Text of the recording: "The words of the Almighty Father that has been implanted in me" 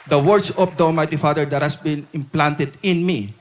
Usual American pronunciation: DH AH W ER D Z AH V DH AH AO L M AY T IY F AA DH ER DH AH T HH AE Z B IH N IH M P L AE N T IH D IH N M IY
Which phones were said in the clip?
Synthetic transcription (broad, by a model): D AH W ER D S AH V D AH AO L M AY T IY F AA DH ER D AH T HH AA S B IH N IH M P L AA N T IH D IH N M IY